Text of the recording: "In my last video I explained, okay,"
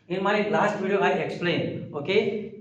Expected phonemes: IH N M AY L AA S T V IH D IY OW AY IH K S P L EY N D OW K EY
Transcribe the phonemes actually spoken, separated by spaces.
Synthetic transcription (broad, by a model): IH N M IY L AA S T B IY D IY OW AY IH K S P L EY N OW K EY